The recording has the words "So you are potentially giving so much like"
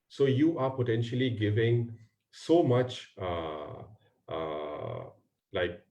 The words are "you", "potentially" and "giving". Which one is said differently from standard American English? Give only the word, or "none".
none